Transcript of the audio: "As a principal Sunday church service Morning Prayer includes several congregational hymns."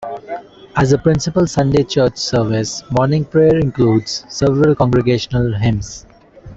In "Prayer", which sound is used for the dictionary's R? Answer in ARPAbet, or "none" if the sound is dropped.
R